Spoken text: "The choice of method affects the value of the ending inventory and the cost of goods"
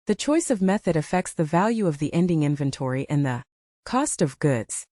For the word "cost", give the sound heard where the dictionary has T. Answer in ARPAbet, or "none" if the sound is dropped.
T